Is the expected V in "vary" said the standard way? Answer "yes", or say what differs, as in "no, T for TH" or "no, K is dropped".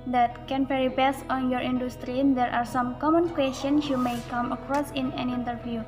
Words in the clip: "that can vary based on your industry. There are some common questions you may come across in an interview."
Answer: no, P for V